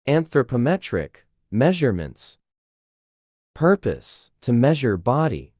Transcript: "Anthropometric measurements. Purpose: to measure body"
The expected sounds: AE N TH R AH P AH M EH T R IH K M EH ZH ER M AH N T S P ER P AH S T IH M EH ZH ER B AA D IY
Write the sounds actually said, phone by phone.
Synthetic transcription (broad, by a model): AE N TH R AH P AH M EH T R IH K M EH ZH ER M AH N T S P ER P AH S T IH M EH ZH ER B AA D IY